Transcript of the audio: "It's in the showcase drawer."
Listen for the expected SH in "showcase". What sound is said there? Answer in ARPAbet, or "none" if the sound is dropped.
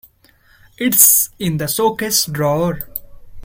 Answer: S